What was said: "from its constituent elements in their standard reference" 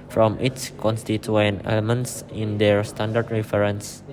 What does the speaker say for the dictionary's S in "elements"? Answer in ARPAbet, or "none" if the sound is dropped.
S